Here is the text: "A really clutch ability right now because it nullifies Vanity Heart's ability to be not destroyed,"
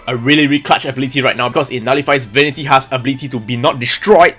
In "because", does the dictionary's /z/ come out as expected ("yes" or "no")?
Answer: no